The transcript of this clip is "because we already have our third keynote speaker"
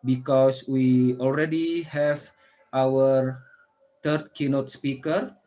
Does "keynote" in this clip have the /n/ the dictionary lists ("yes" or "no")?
yes